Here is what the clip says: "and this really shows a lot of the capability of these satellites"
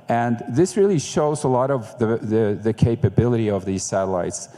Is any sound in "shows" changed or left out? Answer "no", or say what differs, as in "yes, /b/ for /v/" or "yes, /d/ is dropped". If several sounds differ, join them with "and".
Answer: no